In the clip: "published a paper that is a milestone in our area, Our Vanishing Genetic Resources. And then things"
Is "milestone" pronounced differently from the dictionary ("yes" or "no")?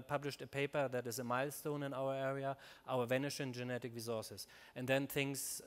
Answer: no